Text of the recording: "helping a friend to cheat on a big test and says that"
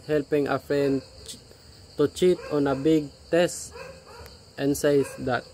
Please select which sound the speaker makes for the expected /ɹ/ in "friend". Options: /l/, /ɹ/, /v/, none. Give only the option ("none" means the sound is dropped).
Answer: none